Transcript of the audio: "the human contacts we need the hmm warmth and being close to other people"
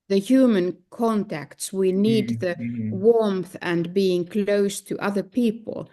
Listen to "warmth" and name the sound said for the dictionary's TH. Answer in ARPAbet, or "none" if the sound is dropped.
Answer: TH